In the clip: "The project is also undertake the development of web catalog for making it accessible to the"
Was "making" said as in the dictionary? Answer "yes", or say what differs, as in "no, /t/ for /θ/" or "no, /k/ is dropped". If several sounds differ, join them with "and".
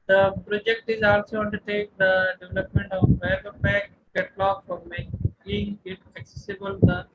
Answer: no, /k/ is dropped